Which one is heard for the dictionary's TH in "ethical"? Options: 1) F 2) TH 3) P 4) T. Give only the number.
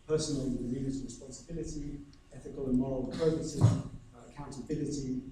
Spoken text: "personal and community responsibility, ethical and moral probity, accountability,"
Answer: 2